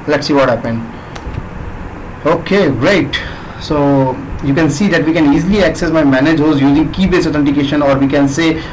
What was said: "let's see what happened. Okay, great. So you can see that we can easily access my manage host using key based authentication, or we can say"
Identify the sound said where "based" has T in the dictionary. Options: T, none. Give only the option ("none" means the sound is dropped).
none